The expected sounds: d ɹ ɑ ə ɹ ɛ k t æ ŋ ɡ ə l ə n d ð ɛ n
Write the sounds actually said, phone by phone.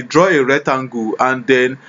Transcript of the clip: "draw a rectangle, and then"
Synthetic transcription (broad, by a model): d ɹ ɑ ə ɹ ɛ t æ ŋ ɡ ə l ə n d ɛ n